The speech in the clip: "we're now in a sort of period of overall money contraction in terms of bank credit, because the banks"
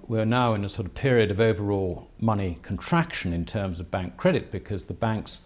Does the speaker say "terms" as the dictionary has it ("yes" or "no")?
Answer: yes